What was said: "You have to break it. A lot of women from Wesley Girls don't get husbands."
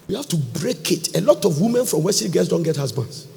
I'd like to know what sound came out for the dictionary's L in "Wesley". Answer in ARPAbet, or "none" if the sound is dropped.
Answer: none